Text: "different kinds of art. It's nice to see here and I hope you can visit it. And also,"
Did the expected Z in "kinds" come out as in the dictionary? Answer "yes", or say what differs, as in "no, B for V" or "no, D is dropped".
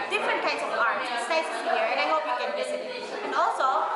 no, S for Z